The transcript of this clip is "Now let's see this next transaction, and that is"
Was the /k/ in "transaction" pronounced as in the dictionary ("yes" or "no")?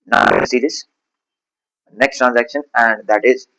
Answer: yes